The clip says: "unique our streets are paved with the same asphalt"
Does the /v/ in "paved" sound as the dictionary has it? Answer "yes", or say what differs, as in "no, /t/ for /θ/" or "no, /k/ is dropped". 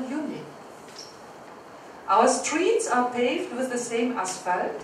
yes